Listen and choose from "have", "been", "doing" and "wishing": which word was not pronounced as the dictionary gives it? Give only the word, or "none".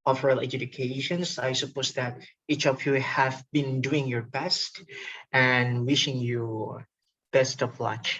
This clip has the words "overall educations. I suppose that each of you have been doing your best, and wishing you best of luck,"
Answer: none